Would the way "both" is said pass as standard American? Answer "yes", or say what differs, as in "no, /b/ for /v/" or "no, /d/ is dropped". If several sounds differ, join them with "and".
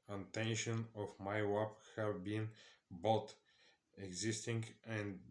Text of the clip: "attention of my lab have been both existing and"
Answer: no, /t/ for /θ/